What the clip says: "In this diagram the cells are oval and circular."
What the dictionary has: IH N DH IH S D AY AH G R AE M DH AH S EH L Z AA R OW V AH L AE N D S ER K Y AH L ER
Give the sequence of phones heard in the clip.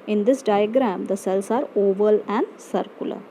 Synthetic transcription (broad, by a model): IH N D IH S D AY AH G R AE M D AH S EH L S AA R OW V AH L AE N D S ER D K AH L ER